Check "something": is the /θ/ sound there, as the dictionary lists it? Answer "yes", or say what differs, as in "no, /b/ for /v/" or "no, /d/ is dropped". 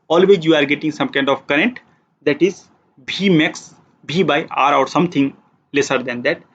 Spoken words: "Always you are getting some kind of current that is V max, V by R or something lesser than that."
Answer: no, /t/ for /θ/